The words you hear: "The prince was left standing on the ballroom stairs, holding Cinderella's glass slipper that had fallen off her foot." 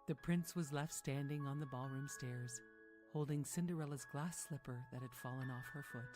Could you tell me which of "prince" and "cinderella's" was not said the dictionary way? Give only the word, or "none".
none